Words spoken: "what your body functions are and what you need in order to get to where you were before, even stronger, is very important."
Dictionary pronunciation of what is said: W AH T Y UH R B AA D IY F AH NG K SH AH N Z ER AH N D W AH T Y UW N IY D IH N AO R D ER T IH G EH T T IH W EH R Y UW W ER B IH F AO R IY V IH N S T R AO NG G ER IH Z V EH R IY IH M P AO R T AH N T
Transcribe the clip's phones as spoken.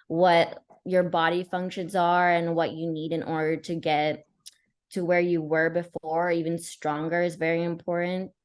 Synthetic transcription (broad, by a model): W AH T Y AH R B AA D IY F AH NG K SH AH N Z ER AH N W AH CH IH N IY D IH N AO R D ER T IH G EH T T IH W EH R Y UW W ER B IH F AO R IY V IH N S T R AO NG G ER IH Z V EH R IY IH M P AO R T N T